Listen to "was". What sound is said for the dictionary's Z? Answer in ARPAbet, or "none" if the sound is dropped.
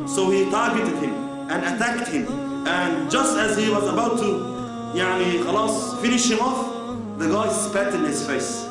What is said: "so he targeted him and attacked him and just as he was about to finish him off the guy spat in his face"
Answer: Z